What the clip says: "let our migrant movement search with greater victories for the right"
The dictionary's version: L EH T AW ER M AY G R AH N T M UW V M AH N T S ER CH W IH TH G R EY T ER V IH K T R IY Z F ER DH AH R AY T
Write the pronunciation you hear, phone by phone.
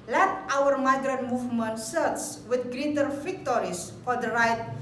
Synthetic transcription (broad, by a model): L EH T AW ER M AY G R AH N T M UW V M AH N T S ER S W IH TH G R EY T ER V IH K T R IY S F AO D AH R AY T